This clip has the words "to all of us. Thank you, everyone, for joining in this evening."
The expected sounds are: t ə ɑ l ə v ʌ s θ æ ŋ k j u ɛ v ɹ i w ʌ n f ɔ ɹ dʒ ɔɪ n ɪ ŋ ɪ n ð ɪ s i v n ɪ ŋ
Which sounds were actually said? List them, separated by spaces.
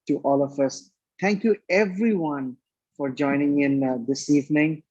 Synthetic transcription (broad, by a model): t ɑ l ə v ʌ s t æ ŋ k j u ɛ v ɹ i w ʌ n f ɔ ɹ dʒ ɔɪ n ɪ ŋ ɪ n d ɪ s i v n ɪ ŋ